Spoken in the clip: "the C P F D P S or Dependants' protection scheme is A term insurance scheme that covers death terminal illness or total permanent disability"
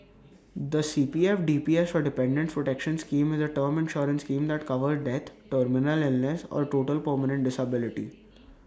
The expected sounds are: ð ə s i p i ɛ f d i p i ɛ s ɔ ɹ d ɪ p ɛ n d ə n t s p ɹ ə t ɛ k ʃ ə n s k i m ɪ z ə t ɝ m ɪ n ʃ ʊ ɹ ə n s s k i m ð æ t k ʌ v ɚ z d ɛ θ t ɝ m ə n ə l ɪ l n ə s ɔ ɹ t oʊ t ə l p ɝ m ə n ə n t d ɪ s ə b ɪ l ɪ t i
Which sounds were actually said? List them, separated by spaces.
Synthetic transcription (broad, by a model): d ə s i p i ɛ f d i p i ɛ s ɔ ɹ d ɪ p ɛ n d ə n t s p ɹ ə t ɛ k ʃ ə n s k i m ɪ z ə t ɝ m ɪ n ʃ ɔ ɹ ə n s s k i m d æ t k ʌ v ɚ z d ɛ t t ɝ m ə n ə l ɪ l n ə s ɔ ɹ t oʊ t ə l p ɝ m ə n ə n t d ɪ s ə b ɪ l ɪ t i